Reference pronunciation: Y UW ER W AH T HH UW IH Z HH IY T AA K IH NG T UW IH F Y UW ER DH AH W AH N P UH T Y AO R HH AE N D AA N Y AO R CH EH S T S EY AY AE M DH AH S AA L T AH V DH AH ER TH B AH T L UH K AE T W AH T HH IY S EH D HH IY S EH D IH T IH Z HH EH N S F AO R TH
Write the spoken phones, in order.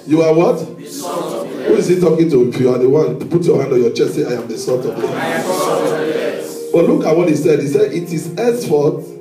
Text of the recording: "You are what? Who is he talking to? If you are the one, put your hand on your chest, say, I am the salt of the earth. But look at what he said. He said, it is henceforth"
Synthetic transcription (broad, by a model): Y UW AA W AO T HH UW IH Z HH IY T AA K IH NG T UW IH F Y UW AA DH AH W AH N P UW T Y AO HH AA N D AA N Y AO CH EH S T S EY AY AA M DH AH S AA T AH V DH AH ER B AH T L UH K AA T W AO T HH IY S EH D HH IY S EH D IH T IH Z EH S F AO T